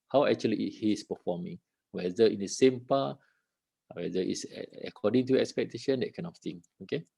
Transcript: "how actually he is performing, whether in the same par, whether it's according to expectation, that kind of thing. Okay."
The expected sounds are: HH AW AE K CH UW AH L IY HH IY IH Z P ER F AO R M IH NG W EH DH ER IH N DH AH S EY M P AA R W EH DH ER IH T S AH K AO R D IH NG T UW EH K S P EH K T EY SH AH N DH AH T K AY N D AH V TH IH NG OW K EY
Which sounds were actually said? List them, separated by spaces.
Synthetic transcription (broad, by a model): HH AW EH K CH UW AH L IY HH IY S P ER F AO M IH NG W EH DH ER IH N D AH S EY M P AA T W EH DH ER IH T S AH K AO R D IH NG T UW EH K S P EH K T EY SH AH N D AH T K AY N AH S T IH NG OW K EY